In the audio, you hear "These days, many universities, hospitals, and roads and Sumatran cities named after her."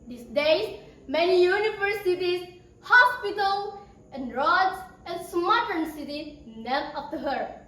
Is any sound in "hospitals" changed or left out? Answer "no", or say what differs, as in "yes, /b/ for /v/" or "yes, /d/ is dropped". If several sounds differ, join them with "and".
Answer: yes, /z/ is dropped